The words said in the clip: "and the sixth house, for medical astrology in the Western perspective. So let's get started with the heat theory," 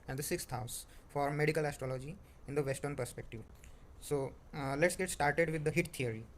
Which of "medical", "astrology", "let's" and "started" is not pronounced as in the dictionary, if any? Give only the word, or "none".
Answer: none